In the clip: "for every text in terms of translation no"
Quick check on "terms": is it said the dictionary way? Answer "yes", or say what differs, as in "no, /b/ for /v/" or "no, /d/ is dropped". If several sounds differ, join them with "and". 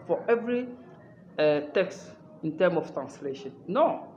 no, /z/ is dropped